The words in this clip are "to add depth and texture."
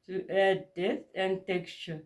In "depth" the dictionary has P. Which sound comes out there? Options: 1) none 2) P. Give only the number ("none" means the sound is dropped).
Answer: 1